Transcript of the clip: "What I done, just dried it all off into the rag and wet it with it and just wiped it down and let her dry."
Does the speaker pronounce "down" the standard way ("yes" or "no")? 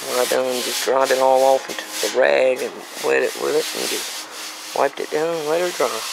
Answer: no